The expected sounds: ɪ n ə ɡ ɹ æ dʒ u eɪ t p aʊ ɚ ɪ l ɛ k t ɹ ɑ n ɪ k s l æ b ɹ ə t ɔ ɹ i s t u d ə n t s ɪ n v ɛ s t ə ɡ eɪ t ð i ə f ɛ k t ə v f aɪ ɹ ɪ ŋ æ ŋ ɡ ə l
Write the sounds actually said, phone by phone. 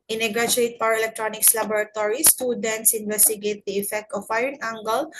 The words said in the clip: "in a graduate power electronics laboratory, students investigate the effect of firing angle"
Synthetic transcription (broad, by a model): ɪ n ə ɡ ɹ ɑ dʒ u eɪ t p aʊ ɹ ɪ l ɛ k t ɹ ɑ n ɪ k s l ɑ b ɹ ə t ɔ ɹ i s t u d ə n t s ɪ n v ɛ s t ə ɡ eɪ t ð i ə f ɛ k t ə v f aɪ ɪ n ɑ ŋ ɡ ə l